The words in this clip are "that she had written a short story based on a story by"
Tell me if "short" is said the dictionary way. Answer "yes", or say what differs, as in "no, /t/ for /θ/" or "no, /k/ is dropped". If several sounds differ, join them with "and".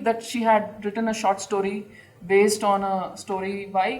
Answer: yes